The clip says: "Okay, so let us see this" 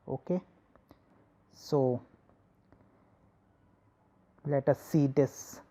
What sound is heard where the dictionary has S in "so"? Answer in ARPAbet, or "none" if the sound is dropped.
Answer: S